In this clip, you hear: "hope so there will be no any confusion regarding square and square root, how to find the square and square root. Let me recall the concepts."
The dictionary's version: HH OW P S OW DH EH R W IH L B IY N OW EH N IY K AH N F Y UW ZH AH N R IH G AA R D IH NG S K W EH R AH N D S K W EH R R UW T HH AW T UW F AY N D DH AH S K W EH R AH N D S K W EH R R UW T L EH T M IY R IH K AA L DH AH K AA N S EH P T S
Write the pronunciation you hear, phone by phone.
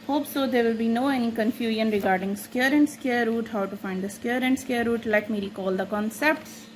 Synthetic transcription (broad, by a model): HH OW P S OW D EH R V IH L B IY N OW EH N IY K AH N F Y UW ZH AH N R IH G AA R D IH NG S K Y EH R AH N D S K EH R R UW T HH AW T UW F AY N D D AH S K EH R AH N D S K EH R R UW T L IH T M IY L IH K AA L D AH K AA N S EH P T S